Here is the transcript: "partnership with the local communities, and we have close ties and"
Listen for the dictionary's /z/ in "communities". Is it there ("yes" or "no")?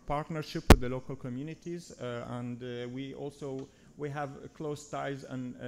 yes